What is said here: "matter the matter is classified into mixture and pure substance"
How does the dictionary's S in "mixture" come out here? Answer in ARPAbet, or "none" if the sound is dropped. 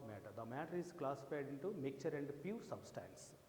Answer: none